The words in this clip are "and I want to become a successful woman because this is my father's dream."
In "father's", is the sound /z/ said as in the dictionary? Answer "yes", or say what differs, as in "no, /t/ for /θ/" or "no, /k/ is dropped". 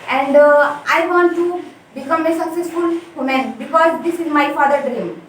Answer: no, /z/ is dropped